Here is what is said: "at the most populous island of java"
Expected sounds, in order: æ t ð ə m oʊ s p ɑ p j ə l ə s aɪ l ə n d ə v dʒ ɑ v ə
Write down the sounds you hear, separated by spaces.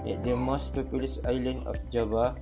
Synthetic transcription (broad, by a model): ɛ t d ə m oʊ s p ɑ p j ə l ə s aɪ l ə n d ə f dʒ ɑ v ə